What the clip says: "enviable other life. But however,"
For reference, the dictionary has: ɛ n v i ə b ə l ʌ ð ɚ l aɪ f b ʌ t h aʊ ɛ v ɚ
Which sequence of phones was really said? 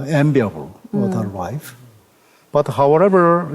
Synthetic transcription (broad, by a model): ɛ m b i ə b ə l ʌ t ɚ w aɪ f b ʌ t h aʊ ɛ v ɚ